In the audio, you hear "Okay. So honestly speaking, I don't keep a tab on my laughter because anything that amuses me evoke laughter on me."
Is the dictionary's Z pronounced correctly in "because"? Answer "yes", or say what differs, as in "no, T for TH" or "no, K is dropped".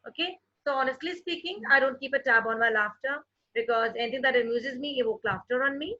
yes